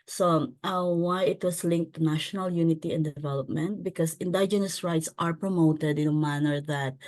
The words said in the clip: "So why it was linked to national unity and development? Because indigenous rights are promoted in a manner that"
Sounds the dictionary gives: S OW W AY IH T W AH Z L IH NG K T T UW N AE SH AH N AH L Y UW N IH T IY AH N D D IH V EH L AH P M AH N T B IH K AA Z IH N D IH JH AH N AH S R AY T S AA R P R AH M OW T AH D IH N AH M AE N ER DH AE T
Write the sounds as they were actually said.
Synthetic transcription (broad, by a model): S OW W AY IH T W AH S L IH NG K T T UW N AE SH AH N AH L Y UW N IH T IY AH N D D IH V EH L AH P M AH N T B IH K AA S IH N D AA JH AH N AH S R AY T S AA R P R AH M OW T AH D IH N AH M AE N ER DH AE T